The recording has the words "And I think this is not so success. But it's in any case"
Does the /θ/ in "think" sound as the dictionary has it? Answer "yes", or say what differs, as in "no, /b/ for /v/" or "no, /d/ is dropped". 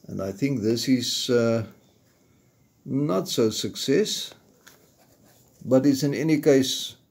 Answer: yes